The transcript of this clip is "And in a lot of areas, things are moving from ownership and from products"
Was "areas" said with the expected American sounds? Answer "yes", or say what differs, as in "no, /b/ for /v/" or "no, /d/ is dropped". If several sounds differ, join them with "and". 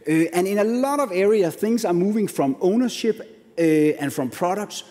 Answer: no, /z/ is dropped